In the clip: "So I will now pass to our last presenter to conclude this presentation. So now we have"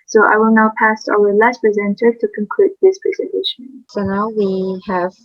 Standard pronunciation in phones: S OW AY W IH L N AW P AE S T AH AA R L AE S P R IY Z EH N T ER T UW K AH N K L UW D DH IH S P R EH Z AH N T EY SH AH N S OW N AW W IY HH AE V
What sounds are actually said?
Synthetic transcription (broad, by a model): S OW AY W IH L N AW P AE S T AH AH L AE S P R IY Z EH N T ER T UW K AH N K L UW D DH IH S P R EH Z AH N T EY SH AH N S OW N AW W IY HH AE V